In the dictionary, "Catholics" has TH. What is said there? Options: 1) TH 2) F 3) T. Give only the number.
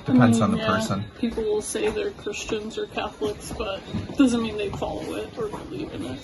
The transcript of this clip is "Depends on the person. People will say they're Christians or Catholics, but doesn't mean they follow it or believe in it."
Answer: 1